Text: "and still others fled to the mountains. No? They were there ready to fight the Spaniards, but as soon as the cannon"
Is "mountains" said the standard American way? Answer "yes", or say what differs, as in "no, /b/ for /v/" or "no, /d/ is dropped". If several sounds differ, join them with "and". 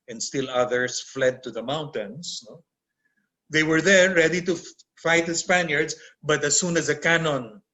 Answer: no, /s/ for /z/